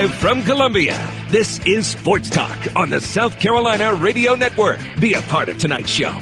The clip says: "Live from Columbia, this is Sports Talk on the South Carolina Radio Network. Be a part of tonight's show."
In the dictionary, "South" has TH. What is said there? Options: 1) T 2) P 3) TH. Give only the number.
3